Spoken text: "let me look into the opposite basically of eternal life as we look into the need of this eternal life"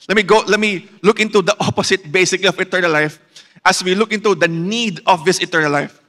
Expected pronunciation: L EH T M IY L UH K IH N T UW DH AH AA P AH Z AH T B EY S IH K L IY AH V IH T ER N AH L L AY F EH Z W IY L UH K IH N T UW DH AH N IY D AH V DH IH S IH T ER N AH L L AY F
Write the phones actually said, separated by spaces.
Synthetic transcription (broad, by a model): L EH T M IY L UH K IH N T UW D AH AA P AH S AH T B EY S IH K L IY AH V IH T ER N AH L L AY F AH S W IY L UH K IH N T UW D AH N IY D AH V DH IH S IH T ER N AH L L AY F